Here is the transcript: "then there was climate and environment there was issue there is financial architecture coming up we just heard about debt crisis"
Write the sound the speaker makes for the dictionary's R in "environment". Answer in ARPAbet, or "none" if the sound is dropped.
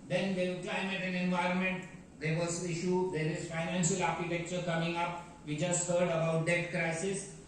R